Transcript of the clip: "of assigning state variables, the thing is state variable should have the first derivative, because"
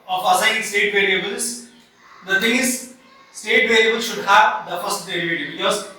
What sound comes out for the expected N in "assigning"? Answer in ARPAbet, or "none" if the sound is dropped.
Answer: none